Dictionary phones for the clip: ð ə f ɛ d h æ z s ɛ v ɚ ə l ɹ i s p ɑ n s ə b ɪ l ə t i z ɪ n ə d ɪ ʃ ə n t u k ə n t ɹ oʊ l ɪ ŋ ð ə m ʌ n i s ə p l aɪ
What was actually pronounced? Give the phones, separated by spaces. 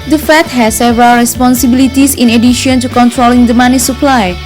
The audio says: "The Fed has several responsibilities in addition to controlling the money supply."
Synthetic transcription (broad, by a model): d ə f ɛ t h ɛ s s ɛ v ɚ ə l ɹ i s p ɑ n s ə b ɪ l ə t i s ɪ n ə d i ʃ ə n t u k ə n t ɹ oʊ l ɪ ŋ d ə m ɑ n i s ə p l aɪ